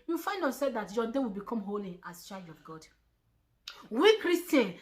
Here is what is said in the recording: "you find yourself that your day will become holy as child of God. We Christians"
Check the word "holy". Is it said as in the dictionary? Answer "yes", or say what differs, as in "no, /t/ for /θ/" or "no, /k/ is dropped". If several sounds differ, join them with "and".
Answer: yes